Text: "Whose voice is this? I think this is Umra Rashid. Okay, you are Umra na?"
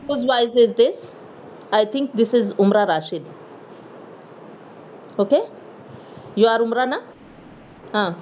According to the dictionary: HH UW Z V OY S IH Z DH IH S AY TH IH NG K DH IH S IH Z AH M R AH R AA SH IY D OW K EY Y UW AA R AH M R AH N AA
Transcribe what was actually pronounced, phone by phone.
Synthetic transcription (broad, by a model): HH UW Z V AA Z IH Z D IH S AY T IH NG K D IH S IH Z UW M R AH R AA SH IY D OW K EY Y UW AA R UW M R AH N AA